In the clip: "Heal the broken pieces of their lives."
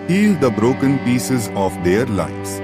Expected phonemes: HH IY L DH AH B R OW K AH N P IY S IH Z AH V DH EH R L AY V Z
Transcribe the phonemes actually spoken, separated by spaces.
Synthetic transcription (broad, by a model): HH IY L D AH B R OW K AH N P IY S IH Z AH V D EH R L AY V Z